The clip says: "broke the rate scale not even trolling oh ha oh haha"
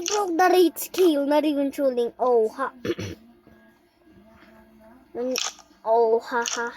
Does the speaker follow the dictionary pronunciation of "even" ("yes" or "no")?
no